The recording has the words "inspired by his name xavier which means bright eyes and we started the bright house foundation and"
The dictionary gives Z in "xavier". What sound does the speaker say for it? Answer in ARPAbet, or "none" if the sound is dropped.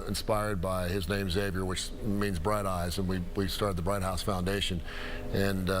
Z